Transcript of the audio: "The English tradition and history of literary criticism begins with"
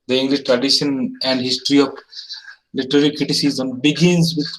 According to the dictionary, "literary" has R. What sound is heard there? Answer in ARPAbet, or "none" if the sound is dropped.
L